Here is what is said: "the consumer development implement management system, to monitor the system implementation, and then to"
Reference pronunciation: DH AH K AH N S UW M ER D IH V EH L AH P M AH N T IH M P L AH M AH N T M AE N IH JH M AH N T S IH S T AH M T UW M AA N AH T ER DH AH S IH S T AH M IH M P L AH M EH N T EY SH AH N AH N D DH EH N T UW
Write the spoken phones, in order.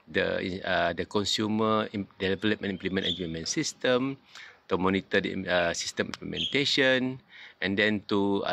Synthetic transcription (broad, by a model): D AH K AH N S UW M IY D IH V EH L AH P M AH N IY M P L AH M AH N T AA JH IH M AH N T S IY S T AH M T UW M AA N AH T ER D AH S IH S T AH M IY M P L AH M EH N T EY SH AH N AH N D EH N T UW